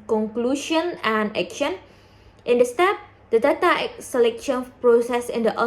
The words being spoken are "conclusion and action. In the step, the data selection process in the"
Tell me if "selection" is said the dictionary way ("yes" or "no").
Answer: yes